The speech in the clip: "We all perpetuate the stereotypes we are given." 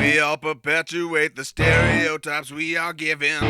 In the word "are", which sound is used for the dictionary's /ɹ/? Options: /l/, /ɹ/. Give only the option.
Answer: /l/